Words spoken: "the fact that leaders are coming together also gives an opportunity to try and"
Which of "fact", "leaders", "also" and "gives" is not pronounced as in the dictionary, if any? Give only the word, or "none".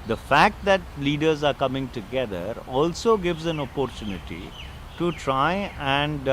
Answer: none